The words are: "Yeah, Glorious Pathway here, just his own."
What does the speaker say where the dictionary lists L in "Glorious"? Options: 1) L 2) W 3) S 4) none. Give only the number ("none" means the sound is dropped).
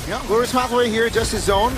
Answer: 4